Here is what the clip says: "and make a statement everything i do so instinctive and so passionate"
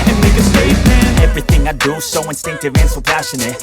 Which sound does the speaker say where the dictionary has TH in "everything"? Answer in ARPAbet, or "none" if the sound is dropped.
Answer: TH